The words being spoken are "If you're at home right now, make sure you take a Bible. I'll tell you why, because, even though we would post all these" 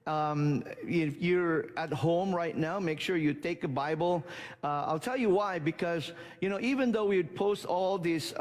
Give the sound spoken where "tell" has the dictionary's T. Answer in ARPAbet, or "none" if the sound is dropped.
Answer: T